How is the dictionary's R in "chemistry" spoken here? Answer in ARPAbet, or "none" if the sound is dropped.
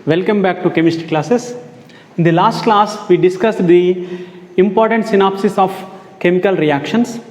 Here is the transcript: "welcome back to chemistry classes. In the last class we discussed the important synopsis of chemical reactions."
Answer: none